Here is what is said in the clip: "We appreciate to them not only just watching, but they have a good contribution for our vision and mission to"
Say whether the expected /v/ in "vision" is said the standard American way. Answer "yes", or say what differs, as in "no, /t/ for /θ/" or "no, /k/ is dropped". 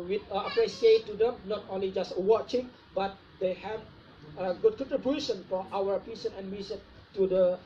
no, /p/ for /v/